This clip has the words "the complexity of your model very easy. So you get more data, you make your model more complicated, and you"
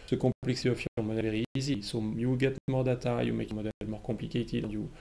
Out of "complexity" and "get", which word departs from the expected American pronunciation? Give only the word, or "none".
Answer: complexity